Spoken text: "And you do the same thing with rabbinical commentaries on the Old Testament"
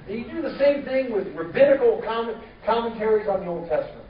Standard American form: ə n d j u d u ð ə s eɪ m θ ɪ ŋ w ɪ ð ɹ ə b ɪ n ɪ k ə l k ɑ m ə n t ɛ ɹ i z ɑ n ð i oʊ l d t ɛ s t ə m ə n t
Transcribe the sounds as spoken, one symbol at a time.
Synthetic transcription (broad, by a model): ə d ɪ ð ə s eɪ m θ ɪ ŋ w ɪ ð ɹ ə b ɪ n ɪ k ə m k ɑ m ə n t ɛ ɹ i z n ð i oʊ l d t ɛ s t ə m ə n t